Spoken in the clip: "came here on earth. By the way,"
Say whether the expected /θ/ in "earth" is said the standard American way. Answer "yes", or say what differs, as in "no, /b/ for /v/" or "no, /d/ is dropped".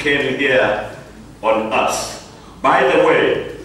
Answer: no, /s/ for /θ/